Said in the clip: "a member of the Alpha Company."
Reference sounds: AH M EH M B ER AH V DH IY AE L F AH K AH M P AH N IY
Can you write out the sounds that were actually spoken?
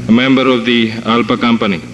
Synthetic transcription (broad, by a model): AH M EH M B ER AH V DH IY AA L P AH K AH M P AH N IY